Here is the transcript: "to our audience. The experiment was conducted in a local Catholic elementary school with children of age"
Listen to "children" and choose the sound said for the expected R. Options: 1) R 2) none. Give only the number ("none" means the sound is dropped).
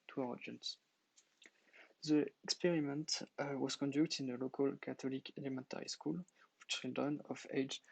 2